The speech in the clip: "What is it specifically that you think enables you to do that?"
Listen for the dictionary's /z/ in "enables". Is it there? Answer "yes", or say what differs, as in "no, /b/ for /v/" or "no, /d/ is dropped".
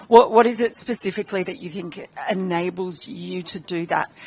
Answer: yes